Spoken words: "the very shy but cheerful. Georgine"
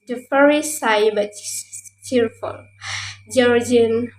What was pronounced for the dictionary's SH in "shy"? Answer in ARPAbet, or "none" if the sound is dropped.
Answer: S